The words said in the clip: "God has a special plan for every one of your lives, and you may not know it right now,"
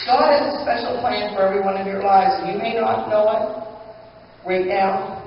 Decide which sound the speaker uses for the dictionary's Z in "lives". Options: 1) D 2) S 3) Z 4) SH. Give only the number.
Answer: 3